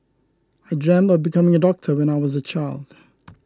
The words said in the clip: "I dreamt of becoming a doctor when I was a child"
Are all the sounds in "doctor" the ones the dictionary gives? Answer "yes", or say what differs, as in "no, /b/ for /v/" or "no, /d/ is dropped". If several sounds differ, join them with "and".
yes